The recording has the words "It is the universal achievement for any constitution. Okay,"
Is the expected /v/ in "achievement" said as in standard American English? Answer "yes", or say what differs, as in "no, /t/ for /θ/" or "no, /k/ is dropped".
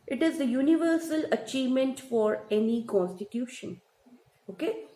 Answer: yes